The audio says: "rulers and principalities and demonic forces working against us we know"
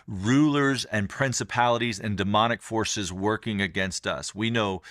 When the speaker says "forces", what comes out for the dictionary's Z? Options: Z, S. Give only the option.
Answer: Z